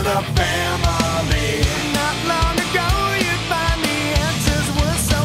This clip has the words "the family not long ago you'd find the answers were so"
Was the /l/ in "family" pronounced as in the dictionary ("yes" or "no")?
no